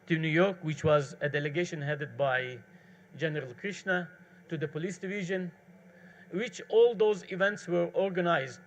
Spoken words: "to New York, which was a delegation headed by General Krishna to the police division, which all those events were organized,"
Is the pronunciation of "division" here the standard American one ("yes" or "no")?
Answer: yes